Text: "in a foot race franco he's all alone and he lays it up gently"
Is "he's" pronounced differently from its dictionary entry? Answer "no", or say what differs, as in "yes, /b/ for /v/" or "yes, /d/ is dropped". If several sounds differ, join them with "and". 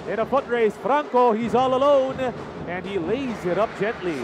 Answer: no